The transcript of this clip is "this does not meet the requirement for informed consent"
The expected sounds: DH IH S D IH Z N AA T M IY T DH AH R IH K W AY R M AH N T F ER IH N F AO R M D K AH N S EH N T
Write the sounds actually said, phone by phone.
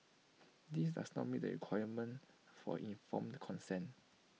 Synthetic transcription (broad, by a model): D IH S D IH S N AA T M IY T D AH R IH K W AY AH M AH N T F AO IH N F AO M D K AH N S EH N